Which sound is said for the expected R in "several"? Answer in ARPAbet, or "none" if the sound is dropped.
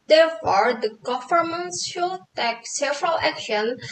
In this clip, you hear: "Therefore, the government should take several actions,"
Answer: R